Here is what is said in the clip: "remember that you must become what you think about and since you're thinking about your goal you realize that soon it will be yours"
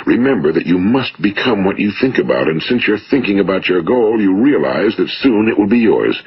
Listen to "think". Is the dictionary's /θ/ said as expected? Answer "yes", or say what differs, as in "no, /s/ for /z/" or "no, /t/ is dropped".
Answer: yes